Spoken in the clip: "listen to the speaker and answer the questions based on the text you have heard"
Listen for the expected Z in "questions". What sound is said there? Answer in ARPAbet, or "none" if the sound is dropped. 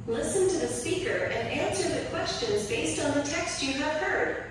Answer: Z